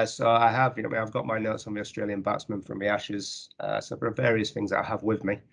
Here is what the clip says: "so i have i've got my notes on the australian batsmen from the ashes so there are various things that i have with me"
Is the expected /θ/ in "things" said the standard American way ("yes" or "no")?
yes